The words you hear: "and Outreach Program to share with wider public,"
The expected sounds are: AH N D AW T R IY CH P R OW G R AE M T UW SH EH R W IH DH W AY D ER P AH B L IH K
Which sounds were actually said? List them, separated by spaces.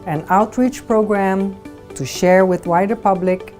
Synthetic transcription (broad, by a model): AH N AW T R IY CH P R OW G R AE M T UW SH EH R W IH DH W AY D ER P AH B L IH K